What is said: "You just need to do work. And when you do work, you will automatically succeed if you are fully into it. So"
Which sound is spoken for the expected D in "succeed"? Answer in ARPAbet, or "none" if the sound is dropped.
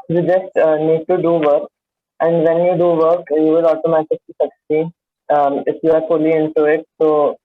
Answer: none